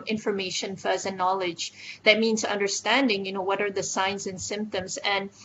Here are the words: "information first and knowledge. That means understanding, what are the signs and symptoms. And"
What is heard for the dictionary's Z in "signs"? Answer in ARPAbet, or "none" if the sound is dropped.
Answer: Z